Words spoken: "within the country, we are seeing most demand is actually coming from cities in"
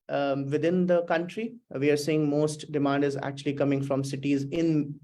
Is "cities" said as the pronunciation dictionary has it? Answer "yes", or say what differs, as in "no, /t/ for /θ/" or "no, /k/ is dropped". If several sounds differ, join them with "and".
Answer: yes